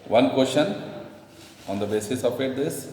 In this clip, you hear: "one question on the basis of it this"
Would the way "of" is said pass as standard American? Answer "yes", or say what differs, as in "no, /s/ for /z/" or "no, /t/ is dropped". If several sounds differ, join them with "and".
no, /p/ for /v/